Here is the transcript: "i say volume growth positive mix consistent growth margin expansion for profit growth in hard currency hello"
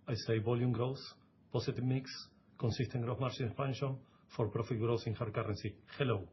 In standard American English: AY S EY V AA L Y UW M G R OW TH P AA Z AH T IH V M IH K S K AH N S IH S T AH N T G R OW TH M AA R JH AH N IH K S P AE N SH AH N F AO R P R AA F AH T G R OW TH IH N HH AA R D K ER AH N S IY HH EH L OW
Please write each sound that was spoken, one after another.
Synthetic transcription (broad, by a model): AY S EY B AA L Y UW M G R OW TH P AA S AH T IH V M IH K S K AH N S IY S T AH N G R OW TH M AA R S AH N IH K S P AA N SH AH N F AO R P R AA F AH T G R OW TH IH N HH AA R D K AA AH N S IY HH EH L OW